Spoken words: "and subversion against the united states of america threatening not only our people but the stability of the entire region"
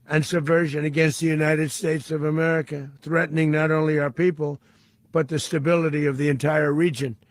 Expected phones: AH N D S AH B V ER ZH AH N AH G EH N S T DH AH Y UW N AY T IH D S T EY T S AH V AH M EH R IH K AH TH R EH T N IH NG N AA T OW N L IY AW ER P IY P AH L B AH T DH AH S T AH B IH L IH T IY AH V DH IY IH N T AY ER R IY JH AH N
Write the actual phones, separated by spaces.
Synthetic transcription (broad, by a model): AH N S AH B V ER ZH AH N AH G EH N S T DH AH Y UW N AY T IH D S T EY T S AH V AH M EH R IH K AH TH R EH T N IH NG N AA T OW N L IY AW ER P IY P AH L B AH T DH AH S T AH B IH L IH T IY AH V DH IY IH N T AY ER R IY JH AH N